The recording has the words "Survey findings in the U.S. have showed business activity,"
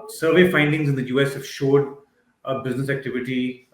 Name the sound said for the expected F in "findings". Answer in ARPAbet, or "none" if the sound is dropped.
F